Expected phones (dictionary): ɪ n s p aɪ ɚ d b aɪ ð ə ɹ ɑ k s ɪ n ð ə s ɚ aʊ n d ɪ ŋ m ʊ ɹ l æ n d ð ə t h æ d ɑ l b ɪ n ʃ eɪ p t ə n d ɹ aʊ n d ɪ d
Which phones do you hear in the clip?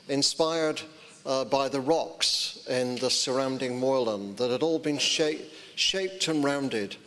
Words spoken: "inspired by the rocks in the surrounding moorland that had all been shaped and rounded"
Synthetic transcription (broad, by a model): ɪ n s p aɪ ɚ d b aɪ ð ə ɹ ɑ k s ɪ n ð ə s ɚ aʊ n d ɪ ŋ m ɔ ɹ l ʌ n ð ə t h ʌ d ɑ l b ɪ n ʃ eɪ p t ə n ɹ aʊ n d ɪ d